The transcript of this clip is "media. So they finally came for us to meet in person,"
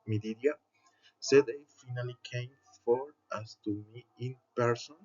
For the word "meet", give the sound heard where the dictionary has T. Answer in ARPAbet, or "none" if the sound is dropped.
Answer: none